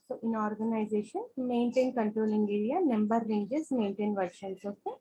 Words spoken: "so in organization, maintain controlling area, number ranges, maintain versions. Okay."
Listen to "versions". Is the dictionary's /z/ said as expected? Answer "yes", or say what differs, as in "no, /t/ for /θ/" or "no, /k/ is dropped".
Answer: no, /s/ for /z/